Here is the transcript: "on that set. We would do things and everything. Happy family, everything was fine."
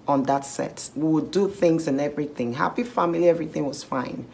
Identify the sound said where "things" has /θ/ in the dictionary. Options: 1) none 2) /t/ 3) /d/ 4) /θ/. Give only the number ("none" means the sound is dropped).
4